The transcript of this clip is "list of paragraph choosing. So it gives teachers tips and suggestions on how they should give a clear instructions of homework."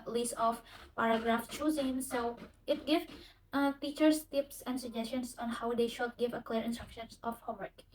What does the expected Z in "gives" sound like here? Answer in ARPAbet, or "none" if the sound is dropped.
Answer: none